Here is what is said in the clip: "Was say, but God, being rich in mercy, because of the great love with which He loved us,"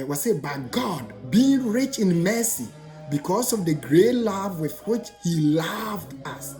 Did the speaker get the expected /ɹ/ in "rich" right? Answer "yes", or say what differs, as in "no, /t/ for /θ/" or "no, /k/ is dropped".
yes